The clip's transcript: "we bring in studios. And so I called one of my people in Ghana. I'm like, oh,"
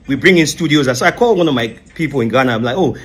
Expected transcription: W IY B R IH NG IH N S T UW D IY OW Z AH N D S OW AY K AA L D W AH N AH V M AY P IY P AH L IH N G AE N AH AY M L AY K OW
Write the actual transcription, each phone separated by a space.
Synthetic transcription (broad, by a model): W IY B R IH NG IH N S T UW D IY OW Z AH S OW AY K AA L W AH N AH V M AY P IY P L IH N G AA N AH AY M L AY K OW